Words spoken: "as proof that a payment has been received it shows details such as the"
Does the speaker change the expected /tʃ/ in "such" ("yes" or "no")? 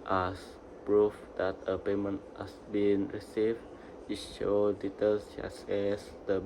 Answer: yes